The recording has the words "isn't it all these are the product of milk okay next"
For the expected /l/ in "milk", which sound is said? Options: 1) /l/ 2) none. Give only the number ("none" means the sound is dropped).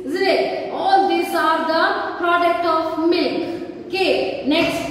1